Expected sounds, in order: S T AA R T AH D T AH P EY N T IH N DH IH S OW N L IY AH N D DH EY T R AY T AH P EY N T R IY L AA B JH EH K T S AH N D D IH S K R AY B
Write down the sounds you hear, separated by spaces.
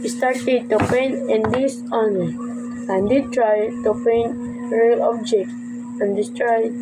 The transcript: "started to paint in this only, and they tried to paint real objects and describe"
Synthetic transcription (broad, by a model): S T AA R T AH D T AH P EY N IH N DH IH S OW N IY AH N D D T R AY T AH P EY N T R IY L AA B JH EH K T AH N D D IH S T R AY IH